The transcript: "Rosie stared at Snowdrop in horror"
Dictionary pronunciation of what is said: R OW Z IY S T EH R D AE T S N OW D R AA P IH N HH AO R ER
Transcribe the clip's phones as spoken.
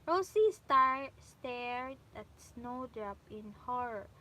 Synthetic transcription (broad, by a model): R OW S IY S T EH R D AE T S N OW D R AA P IH N HH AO R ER